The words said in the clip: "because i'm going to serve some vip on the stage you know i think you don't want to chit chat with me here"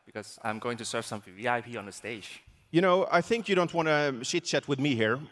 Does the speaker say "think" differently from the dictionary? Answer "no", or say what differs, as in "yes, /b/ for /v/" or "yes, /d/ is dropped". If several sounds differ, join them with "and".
no